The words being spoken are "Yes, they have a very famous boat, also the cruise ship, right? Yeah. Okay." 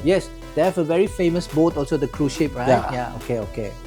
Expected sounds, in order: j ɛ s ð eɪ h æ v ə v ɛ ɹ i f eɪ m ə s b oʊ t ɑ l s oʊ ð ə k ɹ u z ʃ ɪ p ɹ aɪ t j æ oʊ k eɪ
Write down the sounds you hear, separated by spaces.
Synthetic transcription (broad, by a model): j ɛ s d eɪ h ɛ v ə v ɛ ɹ i f eɪ m ə s b oʊ t ɑ l s oʊ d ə k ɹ u ʃ ɪ p ɹ aɪ t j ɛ oʊ k eɪ